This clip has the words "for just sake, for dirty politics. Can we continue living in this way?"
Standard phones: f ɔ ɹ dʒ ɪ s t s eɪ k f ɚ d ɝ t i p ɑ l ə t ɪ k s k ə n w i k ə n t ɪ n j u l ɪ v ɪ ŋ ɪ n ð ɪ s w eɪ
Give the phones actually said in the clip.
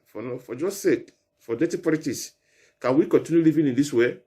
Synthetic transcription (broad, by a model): f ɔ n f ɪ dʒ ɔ s eɪ k f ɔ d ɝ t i p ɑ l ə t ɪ s k ə n w i k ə n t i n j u l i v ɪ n ɪ n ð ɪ s w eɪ